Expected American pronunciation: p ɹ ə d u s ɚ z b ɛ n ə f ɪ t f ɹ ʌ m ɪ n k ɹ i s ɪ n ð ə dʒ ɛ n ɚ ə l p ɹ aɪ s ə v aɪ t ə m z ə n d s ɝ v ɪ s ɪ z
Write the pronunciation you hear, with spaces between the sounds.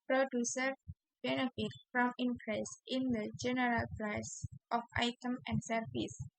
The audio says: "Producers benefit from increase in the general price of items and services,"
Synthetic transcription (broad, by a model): p ɹ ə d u s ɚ b ɛ n ə f ɪ t f ɹ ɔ m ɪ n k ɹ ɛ s ɪ n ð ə dʒ ɛ n ɚ ə l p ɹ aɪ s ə f aɪ t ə m ə n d s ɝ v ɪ s